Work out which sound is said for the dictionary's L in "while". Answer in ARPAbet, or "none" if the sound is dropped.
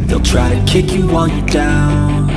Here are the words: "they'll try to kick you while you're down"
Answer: N